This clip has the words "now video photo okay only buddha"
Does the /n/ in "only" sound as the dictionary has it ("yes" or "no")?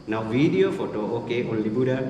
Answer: no